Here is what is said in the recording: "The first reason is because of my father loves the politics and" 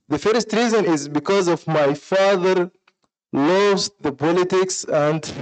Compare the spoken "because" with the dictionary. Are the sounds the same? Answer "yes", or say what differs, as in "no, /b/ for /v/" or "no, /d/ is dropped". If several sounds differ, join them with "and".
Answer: yes